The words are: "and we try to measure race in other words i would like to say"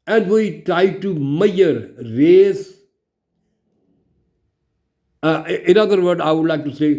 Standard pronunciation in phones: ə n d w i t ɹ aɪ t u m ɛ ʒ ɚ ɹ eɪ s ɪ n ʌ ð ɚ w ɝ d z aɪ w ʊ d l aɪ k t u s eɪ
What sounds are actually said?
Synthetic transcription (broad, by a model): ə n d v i t ɹ aɪ t u m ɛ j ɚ ɹ eɪ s ɪ n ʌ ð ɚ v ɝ d aɪ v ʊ d l aɪ k t u s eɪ